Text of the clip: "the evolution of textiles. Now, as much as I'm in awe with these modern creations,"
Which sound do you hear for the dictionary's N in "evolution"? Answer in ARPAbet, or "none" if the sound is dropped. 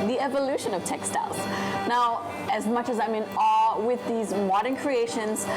N